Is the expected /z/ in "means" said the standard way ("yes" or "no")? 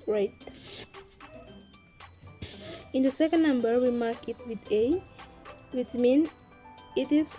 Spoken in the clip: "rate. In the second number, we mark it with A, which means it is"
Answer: no